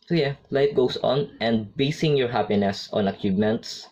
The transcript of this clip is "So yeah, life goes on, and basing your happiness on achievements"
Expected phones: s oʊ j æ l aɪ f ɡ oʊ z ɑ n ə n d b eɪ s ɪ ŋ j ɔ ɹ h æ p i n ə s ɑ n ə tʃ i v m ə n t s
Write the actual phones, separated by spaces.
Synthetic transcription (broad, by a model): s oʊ j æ l aɪ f ɡ oʊ s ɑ n ə n d b eɪ s ɪ ŋ j ɔ ɹ h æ p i n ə s ɑ n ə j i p m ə n t s